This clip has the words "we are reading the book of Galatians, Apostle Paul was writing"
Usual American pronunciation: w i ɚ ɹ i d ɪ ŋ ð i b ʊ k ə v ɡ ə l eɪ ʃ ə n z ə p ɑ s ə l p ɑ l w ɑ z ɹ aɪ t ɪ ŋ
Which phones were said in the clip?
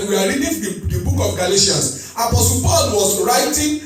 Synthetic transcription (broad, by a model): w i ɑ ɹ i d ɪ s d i b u k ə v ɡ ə l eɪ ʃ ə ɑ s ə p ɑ s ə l p ɑ l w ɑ s ɹ aɪ t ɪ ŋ